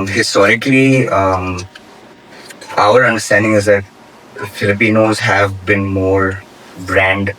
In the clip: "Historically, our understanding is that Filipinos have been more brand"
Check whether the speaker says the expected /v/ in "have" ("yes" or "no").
yes